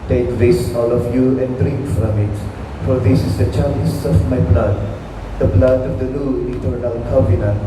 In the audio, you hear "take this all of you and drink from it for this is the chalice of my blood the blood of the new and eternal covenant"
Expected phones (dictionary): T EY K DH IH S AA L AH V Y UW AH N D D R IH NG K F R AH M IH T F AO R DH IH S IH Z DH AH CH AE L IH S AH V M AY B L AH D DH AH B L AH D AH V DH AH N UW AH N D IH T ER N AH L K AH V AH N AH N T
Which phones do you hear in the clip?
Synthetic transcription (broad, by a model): T EY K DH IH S AA L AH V Y UW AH N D D R IH NG K F R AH M IH T F AO R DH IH S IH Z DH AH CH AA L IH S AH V M AY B L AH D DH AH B L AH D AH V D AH L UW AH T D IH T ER AH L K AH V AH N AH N